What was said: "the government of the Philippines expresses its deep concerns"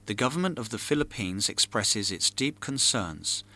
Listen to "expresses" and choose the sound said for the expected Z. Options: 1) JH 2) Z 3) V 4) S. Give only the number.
2